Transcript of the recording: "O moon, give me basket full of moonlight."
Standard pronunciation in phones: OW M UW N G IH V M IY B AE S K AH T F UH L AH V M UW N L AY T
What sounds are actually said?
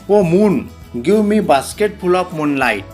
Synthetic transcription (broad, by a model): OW M UW N G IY W M IY B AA S K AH T P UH L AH P M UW N L AY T